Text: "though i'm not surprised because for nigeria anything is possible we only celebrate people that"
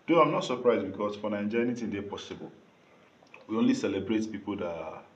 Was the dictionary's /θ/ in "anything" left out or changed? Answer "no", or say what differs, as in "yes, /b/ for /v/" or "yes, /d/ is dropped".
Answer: yes, /t/ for /θ/